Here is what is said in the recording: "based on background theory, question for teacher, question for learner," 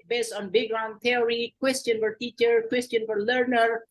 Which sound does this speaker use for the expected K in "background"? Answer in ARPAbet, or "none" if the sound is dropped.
none